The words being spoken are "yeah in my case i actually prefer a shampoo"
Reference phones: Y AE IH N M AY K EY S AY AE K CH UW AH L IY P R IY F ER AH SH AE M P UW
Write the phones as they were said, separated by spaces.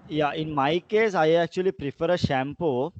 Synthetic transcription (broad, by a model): Y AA IH N M AY K EY S AY AE K CH UW AH L IY P R IY F ER AH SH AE M P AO